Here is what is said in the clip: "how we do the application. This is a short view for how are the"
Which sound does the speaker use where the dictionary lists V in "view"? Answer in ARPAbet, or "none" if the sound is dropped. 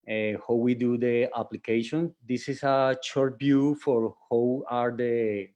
B